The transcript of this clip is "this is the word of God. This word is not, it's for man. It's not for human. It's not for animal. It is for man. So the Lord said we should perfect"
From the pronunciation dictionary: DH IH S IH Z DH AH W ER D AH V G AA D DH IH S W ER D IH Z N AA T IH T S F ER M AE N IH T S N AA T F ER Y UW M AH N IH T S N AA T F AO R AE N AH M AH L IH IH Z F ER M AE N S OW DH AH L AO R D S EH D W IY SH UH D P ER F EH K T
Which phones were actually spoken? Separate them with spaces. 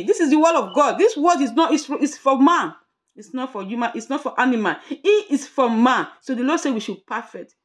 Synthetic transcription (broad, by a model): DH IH S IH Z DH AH W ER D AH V G AA D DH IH S W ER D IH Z N AA T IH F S F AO M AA N IH T S N AA T F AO Y UW M AH N IH T S N AA T F AO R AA N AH M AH N IH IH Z F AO M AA N S OW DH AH L AO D S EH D W IY SH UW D P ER F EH K T